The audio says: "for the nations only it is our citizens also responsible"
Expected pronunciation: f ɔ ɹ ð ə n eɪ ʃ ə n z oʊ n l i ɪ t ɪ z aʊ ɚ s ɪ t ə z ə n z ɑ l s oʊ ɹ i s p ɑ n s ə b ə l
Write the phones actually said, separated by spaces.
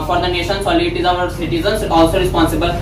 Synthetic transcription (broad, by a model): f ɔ ɹ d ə n eɪ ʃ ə n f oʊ l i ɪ t ɪ z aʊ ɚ s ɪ t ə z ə n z ɑ l s oʊ ɹ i s p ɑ n s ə b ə l